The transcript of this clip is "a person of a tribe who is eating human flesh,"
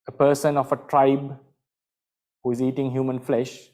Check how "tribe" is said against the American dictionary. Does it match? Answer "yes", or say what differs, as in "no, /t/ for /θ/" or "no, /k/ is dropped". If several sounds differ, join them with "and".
yes